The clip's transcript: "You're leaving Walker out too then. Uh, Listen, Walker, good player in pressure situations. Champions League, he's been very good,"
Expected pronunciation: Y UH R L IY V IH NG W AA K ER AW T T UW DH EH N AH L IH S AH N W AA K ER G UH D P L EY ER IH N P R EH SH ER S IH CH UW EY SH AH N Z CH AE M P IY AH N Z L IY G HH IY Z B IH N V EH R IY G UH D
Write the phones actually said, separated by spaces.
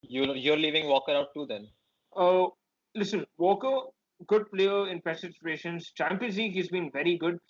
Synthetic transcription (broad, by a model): Y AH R L IY V IH NG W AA K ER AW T T UW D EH N AH L IH S AH N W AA K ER G UH D P L EY ER IH N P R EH S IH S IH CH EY SH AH N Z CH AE M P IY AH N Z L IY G HH IY Z B IH N V EH R IY G UH D